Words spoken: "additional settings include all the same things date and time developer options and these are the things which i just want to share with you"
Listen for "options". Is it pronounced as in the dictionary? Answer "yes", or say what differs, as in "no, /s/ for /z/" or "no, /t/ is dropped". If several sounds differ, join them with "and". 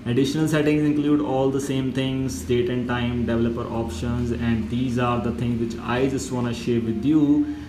yes